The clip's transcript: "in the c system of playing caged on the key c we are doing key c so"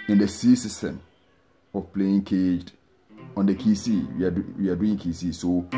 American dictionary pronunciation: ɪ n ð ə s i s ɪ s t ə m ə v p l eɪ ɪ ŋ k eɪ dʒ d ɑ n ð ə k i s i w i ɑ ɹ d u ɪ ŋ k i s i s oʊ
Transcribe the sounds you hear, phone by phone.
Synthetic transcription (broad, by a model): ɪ n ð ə s i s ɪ s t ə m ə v p l eɪ ɪ ŋ k eɪ dʒ d ɑ n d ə k i s i w i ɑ w d u ɪ ŋ k i s i s oʊ